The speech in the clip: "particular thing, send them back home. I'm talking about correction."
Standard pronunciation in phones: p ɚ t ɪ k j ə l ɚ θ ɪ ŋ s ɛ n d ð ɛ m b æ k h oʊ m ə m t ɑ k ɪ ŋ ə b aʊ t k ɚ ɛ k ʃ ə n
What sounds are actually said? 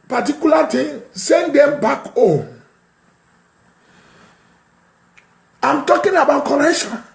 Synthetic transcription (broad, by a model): p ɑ t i k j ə l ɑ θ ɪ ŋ s ɛ n d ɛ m b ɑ k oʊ ə m t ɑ k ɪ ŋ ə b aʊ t k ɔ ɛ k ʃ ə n